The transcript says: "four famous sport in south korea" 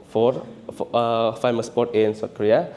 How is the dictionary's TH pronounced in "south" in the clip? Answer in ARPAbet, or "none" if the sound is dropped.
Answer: T